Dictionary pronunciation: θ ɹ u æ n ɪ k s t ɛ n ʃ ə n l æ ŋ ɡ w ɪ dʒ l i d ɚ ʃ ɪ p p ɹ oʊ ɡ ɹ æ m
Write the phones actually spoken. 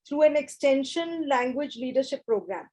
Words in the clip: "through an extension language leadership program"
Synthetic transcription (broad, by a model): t ɹ u æ n ɪ k s t ɛ n ʃ ə n l æ ŋ ɡ w ɪ dʒ l i d ɚ ʃ ɪ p p ɹ oʊ ɡ ɹ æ m